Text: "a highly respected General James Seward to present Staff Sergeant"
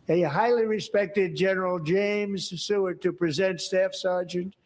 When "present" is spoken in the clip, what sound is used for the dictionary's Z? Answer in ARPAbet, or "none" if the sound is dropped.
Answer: Z